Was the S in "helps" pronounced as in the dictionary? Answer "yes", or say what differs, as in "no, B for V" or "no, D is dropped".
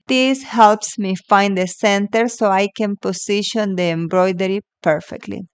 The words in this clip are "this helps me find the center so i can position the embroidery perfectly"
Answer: yes